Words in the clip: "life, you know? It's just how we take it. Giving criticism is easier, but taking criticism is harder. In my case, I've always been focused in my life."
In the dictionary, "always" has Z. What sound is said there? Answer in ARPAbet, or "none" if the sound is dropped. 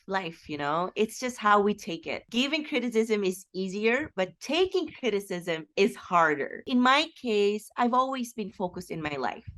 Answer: Z